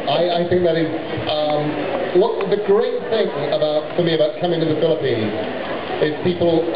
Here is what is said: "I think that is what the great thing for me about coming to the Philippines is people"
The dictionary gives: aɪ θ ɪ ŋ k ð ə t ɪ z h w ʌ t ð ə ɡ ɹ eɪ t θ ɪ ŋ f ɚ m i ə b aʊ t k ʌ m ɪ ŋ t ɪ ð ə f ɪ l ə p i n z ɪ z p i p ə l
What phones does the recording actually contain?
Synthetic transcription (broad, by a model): aɪ θ ɪ ŋ k ð ə t ɪ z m w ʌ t ð ə ɡ ɹ eɪ t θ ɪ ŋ f ɚ m i ə b aʊ t k ʌ m ɪ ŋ t ɪ ð ə f ɪ l ə p i n z ɪ z p i p l